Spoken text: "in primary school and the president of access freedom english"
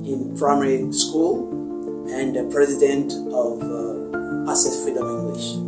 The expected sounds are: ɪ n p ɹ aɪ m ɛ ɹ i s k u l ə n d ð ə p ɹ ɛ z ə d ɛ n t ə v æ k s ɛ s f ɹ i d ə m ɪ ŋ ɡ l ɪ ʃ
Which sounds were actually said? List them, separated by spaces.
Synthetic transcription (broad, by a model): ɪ n p ɹ aɪ m ɛ ɹ i s k u l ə n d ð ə p ɹ ɛ z ə d ɛ n t ə v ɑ s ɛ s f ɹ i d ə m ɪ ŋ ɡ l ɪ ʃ